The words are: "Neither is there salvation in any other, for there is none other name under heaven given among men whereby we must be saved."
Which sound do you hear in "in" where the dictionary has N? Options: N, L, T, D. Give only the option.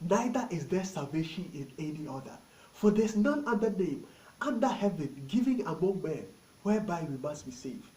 N